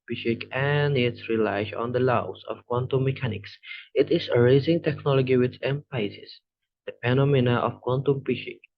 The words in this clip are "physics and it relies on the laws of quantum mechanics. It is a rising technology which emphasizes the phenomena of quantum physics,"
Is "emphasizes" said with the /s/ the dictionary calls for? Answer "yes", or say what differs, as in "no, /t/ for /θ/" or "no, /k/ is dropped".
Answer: no, /s/ is dropped